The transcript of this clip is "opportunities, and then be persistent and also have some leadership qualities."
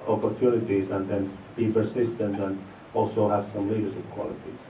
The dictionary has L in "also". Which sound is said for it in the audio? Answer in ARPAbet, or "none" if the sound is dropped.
L